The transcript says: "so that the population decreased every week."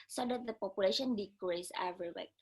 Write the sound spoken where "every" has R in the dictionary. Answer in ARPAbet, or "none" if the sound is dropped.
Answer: none